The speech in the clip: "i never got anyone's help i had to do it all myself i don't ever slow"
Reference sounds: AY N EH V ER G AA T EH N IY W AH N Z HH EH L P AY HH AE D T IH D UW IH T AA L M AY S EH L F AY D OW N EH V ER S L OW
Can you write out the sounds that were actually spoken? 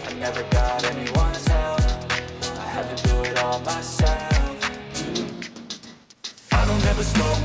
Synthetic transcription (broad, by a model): AY N EH V ER G AA T EH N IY W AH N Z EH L F AY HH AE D T IH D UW IH T AA L M AY S EH L F AY D OW N EH V ER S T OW